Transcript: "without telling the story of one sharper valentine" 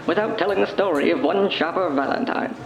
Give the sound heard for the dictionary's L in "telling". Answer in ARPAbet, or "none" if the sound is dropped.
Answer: L